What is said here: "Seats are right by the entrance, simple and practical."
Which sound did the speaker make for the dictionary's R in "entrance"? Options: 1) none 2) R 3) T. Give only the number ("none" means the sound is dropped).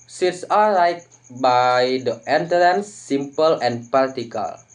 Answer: 1